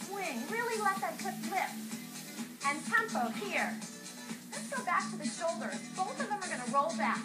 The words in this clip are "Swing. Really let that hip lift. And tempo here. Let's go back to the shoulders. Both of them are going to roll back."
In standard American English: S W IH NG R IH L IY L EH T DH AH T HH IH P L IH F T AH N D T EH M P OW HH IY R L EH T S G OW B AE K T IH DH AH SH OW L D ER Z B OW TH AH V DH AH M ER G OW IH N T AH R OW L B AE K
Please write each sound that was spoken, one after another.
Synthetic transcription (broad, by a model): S W IH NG R IH L IY L EH T DH AH T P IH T L IH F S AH N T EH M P OW HH IY R L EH T S G OW B AE K T IH DH AH SH OW L D ER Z B OW TH AH V DH AH M ER G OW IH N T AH R OW L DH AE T